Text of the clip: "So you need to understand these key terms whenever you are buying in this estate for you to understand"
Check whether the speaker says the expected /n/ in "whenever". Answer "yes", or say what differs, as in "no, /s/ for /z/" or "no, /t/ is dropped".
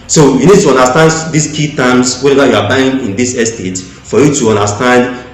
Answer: no, /n/ is dropped